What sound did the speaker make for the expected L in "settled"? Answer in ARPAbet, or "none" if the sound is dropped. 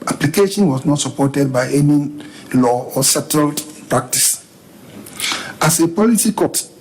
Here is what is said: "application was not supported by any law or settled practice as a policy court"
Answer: L